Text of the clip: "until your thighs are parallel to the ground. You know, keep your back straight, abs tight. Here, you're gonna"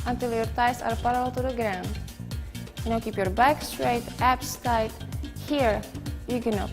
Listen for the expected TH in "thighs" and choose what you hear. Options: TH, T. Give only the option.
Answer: T